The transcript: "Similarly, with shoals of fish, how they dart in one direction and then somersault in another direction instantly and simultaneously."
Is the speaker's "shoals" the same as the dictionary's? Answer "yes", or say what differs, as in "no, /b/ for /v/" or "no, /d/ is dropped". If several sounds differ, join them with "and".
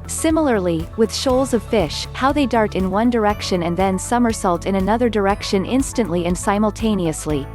yes